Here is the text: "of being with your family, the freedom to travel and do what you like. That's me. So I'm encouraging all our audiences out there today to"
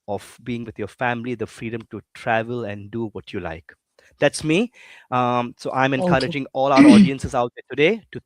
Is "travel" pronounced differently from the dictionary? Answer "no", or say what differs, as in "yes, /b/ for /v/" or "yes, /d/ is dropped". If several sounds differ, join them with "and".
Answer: no